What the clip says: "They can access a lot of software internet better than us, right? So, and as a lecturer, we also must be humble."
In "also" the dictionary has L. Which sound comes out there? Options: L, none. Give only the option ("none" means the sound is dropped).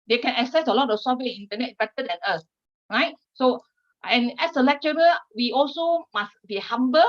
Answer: L